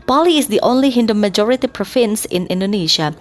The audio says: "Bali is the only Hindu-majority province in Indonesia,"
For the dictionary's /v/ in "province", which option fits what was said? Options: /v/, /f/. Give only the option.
/f/